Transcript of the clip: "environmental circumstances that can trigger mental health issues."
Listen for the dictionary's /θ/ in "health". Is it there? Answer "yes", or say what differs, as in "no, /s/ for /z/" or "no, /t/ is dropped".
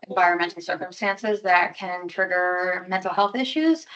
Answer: yes